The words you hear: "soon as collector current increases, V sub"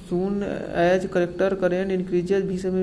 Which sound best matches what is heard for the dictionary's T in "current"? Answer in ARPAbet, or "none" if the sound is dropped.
none